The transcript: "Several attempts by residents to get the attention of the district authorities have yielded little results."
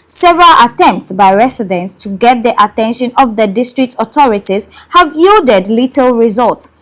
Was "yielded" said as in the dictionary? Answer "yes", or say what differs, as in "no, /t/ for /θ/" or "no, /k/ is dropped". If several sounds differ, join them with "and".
yes